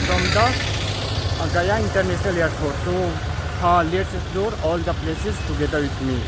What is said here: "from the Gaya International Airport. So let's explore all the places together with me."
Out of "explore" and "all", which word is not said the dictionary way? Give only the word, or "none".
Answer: explore